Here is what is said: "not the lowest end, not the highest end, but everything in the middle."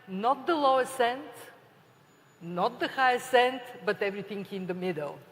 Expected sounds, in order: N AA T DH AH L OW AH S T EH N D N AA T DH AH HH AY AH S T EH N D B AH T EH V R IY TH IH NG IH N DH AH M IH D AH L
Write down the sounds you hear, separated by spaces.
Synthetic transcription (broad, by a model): N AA T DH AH L OW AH S EH N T N AA T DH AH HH AY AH S EH N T B AH T EH V R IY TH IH NG IH N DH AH M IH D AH L